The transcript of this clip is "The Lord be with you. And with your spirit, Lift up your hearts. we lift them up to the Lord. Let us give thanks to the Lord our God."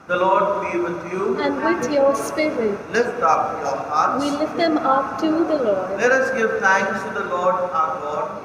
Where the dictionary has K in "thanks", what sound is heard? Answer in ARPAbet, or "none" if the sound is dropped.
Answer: none